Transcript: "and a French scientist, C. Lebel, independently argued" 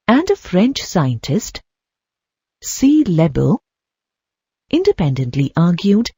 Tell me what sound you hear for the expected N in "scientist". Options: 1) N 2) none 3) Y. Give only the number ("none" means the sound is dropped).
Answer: 1